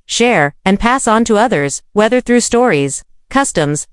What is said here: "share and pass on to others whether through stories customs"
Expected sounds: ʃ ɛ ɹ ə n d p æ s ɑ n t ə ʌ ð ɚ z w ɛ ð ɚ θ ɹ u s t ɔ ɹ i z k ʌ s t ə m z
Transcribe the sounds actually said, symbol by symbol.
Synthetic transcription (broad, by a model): ʃ ɛ ɹ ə n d p æ s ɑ n t ə ʌ ð ɚ z w ɛ ð ɚ θ ɹ u s t ɔ ɹ i z k ʌ s t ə m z